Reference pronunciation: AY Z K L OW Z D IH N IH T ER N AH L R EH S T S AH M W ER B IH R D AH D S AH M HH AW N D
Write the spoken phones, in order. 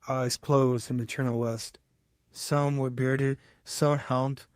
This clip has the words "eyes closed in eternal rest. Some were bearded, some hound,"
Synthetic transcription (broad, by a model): AY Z K L OW Z D IH N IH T ER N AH L W EH S T S AH M W ER B IH R D AH D S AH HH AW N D